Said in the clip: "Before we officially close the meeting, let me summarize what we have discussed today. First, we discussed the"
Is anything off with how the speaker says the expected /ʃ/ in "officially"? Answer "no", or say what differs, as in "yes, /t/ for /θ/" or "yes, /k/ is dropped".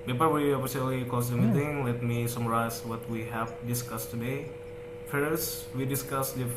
yes, /s/ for /ʃ/